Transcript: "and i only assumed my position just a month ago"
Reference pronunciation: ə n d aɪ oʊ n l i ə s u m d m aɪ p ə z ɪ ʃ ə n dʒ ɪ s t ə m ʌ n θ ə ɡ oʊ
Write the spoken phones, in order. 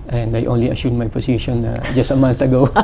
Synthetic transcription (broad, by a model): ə n d aɪ oʊ n l i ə ʃ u d m aɪ p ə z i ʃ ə n dʒ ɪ s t ə m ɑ n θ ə ɡ oʊ